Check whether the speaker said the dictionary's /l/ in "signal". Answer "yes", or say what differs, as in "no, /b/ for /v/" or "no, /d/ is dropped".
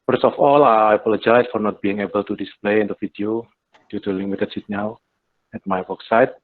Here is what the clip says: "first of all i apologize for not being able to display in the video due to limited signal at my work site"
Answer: no, /w/ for /l/